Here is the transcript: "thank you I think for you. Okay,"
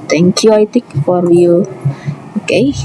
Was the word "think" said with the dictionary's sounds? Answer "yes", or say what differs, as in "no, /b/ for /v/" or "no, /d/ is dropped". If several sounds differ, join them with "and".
no, /t/ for /θ/ and /ŋ/ is dropped